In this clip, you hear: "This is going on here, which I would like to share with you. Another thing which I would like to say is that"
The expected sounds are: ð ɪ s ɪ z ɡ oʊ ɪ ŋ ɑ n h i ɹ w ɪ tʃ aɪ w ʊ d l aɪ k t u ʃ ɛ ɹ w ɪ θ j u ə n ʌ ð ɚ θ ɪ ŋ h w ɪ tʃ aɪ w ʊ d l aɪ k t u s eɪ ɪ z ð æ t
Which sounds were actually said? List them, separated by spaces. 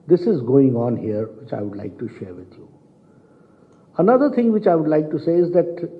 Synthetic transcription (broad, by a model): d ɪ s ɪ z ɡ oʊ ɪ ŋ ɑ n h i ɹ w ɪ tʃ aɪ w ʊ d l aɪ k t u ʃ ɛ ɹ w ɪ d j u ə n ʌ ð ɚ t ɪ ŋ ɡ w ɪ tʃ aɪ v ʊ d l aɪ k t u s eɪ ɪ z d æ t